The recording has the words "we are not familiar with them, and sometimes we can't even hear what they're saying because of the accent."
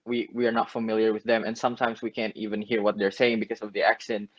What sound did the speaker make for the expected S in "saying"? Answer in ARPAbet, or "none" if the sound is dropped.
S